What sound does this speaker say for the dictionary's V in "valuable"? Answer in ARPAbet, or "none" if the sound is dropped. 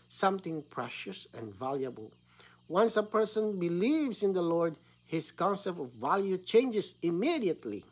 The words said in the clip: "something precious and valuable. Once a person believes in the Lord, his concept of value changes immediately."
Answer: V